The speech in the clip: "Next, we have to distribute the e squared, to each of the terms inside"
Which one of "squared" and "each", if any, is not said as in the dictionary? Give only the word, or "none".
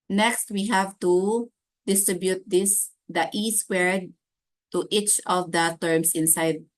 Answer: squared